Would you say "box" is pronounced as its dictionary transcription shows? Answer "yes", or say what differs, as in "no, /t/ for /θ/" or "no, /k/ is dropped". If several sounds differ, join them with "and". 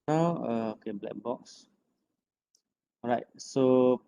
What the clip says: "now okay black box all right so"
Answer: yes